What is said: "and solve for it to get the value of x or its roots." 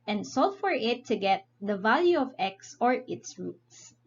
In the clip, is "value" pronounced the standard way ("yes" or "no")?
yes